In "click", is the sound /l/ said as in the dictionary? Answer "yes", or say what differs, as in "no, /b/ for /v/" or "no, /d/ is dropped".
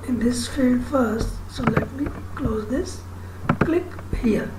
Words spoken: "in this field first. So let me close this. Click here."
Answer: yes